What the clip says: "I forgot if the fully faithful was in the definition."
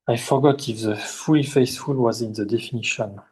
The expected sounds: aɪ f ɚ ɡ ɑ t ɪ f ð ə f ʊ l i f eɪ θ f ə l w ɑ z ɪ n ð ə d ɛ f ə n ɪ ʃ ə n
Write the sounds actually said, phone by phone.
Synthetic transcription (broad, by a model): aɪ f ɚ ɡ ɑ t ɪ f ð ə f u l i f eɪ s f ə l w ɑ z ɪ n ð ə d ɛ f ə n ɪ ʃ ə n